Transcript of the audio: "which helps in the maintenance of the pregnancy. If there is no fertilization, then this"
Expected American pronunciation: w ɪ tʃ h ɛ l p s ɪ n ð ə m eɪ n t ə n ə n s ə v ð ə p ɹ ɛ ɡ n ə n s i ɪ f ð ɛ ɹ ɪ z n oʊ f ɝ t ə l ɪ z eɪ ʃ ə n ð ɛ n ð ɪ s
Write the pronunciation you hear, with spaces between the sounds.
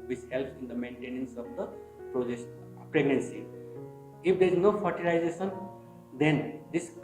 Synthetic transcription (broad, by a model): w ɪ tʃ h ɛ l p ɪ n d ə m eɪ n t ə n ə n s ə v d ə p ɹ ɛ ɡ n ə n s i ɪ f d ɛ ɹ ɪ z n oʊ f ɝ t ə l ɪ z eɪ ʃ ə n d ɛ n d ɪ s